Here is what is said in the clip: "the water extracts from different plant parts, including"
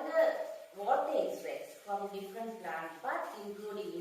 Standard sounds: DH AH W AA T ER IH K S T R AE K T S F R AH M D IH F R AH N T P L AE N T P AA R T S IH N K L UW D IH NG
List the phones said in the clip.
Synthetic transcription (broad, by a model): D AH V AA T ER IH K S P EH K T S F R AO M D IH F R AH N T P L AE N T B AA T IH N K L UW D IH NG